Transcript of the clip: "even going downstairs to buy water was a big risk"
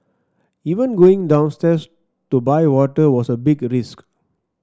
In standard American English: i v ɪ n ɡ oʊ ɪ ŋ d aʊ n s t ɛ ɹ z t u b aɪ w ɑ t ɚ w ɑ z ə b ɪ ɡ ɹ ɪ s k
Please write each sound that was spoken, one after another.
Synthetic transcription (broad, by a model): i v ɪ n ɡ oʊ ɪ ŋ d aʊ n s t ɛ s t u b aɪ w ɑ t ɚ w ɑ s ə b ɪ ɡ ɹ ɪ s k